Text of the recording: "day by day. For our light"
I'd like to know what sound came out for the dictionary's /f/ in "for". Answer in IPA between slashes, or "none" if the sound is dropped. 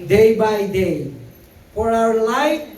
/p/